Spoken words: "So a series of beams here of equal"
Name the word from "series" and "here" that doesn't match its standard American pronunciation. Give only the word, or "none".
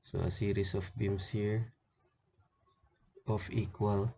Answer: series